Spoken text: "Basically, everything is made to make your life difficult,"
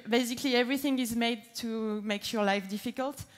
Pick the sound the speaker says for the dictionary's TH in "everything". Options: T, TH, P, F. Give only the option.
TH